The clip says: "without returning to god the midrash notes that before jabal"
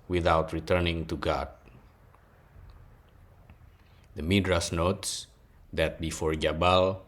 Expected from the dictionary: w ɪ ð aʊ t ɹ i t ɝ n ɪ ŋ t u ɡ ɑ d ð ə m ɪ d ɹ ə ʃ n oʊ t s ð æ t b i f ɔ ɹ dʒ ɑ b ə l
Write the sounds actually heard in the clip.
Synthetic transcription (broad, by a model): w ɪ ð aʊ t ɹ i t ɝ n ɪ ŋ t u ɡ ɑ d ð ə m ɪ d ɹ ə s n oʊ t s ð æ t b i f ɔ ɹ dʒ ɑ b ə l